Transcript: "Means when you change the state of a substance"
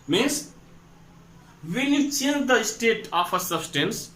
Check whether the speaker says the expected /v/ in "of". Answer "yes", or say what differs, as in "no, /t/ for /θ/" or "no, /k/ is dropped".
no, /p/ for /v/